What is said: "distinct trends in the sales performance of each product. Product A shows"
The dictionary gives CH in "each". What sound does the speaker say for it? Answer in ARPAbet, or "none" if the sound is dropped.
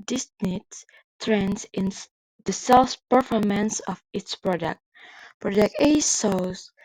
S